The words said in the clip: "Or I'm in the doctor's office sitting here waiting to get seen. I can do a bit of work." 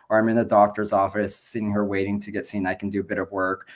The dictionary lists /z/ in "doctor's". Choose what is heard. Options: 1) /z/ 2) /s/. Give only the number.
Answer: 1